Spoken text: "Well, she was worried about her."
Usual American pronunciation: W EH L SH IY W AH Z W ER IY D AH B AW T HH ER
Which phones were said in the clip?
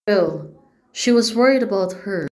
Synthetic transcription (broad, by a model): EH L SH IY W AH Z W ER IY D AH B AW T HH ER